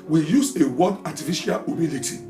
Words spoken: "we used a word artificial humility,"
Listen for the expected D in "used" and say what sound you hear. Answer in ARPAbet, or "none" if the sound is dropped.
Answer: none